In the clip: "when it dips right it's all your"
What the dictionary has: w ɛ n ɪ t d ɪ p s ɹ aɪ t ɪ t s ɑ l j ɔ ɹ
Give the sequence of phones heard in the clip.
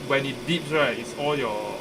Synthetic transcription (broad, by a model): w ɛ n ɪ t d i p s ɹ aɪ ɪ t s ɑ l j ɔ